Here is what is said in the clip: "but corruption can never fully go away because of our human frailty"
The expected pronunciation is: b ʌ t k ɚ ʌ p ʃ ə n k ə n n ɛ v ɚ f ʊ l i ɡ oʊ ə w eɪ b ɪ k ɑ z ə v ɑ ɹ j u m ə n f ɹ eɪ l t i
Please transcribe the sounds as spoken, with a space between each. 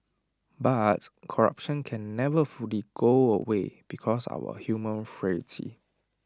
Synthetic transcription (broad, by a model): b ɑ t k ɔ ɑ p ʃ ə n k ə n n ɛ v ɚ f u l i ɡ oʊ ə w eɪ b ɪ k ɑ s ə w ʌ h j u m ə n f ɹ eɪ t i